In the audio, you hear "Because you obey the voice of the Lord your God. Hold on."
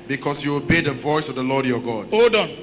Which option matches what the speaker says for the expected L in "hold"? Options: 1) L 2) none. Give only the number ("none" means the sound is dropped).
2